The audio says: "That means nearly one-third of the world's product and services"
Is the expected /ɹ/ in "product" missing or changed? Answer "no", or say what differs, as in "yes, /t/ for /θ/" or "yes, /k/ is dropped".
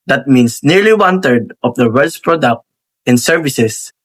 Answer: no